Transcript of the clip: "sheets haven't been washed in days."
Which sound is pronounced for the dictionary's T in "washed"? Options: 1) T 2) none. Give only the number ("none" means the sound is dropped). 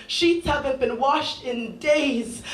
1